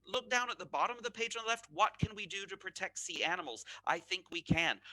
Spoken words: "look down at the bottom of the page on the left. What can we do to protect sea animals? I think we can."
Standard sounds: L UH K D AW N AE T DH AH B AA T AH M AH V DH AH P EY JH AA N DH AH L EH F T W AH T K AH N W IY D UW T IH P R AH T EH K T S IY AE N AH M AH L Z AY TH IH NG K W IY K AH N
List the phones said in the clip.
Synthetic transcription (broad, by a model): L UH K D AW N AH T DH AH B AA T AH M AH V DH AH P EY IH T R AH L EH F T W AH T K AH N W IY D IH T IH P R AH T EH K T S IY AE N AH M L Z AY TH IH NG K W IY K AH N